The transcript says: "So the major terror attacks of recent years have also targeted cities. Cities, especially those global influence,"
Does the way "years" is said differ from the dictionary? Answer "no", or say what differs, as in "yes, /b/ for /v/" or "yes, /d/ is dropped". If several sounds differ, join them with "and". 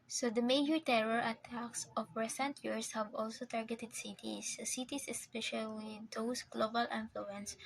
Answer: yes, /s/ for /z/